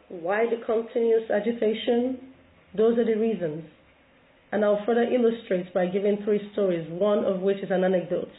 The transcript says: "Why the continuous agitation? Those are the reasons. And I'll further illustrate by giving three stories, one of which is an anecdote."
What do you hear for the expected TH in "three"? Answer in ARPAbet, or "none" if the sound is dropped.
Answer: TH